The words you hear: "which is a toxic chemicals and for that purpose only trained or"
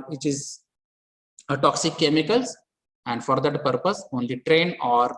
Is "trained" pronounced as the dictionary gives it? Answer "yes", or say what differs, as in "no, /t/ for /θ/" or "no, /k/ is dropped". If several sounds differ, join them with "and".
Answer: no, /d/ is dropped